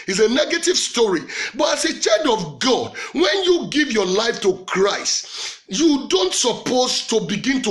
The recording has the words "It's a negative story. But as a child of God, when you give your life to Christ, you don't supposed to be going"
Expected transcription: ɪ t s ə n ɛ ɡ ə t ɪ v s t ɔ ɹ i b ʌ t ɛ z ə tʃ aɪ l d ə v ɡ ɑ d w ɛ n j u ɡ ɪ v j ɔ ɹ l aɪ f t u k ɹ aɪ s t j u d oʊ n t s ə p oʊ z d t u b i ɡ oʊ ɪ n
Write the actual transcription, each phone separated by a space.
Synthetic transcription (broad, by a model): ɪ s ə n ɛ ɡ ə t ɪ v s t ɔ ɹ i b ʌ t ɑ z ə tʃ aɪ d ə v ɡ ɑ d w ɛ n j u ɡ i v j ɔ l aɪ f t u k ɹ aɪ s t j u d oʊ n t s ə p oʊ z t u b i ɡ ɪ n